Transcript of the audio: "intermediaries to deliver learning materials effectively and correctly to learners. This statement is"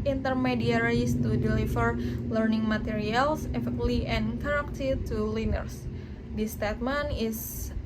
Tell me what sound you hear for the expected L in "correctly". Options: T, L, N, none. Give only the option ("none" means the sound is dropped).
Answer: none